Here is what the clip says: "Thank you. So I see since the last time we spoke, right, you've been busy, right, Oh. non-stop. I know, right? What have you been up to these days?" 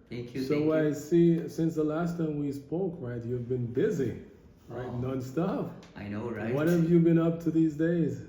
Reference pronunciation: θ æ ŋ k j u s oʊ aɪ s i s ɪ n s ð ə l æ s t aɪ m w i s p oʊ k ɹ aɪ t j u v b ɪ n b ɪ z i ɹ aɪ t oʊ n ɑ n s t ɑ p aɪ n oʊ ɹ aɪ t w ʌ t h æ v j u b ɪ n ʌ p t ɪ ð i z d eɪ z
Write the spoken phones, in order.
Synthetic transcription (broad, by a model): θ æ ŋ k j s oʊ aɪ s i s ɪ n s ð ə l æ s t aɪ m w i s p oʊ k ɹ aɪ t j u v b ɪ n b ɪ z i ɹ aɪ t n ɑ n s t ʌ f aɪ n oʊ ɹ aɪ w ʌ t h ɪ v j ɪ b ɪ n ʌ p t ɪ ð i z d eɪ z